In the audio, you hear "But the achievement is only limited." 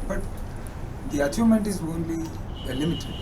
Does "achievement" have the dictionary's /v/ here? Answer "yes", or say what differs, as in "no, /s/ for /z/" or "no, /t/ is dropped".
no, /v/ is dropped